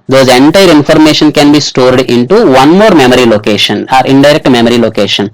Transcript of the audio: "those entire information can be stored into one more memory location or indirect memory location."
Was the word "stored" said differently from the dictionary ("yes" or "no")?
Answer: no